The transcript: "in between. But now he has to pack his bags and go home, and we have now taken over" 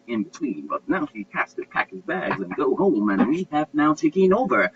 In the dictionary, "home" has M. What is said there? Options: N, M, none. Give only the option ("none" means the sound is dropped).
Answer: M